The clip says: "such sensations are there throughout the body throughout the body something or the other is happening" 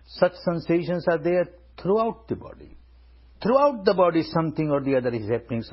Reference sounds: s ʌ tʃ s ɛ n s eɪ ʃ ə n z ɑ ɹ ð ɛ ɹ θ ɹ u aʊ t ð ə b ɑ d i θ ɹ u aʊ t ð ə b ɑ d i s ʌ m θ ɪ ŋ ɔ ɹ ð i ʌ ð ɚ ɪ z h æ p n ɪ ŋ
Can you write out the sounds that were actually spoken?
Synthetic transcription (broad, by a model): s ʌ tʃ s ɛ n s eɪ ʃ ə n s ɑ ɹ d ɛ ɹ t ɹ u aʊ t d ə b ɑ d i t ɹ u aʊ t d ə b ɑ d i s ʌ m t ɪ ŋ ɔ ɹ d i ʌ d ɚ ɪ z h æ p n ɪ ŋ